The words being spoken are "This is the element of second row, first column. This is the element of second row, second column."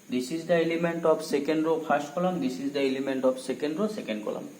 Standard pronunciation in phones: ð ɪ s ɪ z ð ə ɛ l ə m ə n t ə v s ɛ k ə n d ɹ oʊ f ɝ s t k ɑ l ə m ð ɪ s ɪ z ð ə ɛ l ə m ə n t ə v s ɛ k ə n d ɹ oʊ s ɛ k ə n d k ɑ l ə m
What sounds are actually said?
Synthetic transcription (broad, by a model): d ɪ s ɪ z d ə ɛ l ə m ə n t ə p s ɛ k ə n d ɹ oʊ p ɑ s t k ɑ l ə m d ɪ s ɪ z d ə ɛ l ə m ə n t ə p s ɛ k ə n d ɹ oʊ s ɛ k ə n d k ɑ l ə m